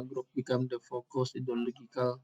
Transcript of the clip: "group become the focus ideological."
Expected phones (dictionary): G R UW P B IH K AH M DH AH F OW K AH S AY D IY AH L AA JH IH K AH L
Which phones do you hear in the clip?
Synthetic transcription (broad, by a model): G R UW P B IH K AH M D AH F OW K AH S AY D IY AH L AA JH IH K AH L